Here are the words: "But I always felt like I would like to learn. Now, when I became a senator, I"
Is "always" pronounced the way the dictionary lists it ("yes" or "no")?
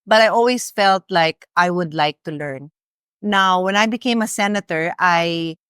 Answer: no